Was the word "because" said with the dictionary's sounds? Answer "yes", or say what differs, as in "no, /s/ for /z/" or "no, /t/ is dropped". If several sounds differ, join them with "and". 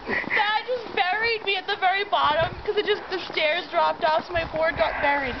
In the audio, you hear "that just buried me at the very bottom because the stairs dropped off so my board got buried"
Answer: no, /s/ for /z/